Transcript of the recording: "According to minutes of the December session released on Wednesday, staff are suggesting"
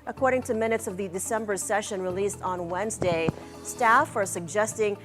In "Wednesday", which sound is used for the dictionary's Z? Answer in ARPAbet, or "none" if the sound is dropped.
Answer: Z